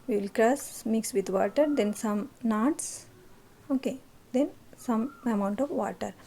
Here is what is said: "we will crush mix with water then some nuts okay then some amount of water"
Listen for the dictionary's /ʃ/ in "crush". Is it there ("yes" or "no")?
no